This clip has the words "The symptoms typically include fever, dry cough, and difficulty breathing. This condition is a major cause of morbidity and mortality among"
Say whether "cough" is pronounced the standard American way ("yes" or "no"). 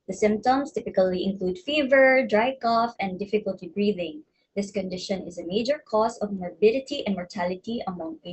yes